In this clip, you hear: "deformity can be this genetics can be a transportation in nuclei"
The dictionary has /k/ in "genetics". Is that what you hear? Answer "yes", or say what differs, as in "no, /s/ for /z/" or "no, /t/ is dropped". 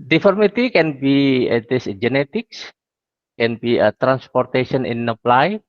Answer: yes